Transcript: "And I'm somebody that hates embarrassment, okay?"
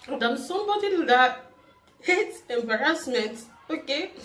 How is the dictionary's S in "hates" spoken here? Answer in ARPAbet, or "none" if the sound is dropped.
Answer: none